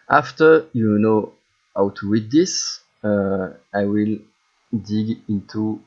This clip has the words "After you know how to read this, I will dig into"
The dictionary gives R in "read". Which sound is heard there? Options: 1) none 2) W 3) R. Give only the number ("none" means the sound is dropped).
2